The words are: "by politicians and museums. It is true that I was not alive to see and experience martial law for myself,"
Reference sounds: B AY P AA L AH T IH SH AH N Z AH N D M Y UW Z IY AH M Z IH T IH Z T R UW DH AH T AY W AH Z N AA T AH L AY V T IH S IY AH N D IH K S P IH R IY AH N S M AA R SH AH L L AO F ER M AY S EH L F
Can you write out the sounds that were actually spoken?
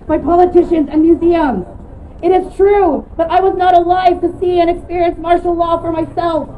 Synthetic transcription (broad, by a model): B AY P AA L AH T IH SH AH N Z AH N M Y UW Z IY AH M Z IH T IH Z T R UW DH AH T AY W AH Z N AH T AH L AY V T IH S IY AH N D IH K S P IH R IY AH N S M AA R SH L L AO F ER M AY S EH L F